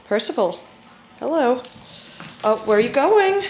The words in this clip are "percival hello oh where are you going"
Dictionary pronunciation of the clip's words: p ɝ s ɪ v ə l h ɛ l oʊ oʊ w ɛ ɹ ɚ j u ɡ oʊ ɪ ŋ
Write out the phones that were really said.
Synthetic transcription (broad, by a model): p ɝ s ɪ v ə l h ɛ l oʊ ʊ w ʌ w ɚ j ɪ ɡ oʊ ɪ ŋ